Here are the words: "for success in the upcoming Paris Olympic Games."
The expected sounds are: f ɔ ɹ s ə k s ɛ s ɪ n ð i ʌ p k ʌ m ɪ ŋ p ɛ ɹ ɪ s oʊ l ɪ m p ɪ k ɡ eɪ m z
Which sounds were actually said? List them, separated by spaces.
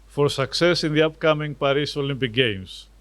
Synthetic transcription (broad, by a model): f ɔ ɹ s ə k s ɛ s ɪ n ð i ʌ p k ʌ m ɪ ŋ p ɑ ɹ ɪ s oʊ l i m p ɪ k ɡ eɪ m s